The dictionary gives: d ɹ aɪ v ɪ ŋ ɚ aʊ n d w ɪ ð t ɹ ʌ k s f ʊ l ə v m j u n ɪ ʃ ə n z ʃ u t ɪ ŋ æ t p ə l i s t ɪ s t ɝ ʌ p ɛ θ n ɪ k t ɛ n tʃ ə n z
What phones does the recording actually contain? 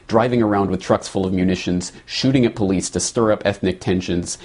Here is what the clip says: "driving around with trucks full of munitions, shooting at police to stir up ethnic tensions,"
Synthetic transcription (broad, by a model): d ɹ aɪ v ɪ ŋ ɚ aʊ n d w ɪ ð t ɹ ʌ k s f ʊ l ə v m j u n ɪ ʃ ə n z ʃ u t ɪ ŋ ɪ t p ə l i s t ɪ s t ɝ ʌ p ɛ θ n ɪ k t ɛ n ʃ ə n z